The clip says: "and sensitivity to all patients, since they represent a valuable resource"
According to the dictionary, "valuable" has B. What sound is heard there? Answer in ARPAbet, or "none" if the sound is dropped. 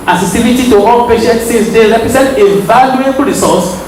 none